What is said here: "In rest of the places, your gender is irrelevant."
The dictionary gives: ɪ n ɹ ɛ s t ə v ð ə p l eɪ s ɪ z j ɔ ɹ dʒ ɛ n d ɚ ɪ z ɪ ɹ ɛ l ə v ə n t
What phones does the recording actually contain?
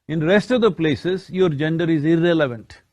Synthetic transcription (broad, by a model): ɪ n ɹ ɛ s t ə v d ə p l eɪ s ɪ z j ɔ ɹ dʒ ɛ n d ɚ ɪ z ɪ ɹ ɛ l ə v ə n t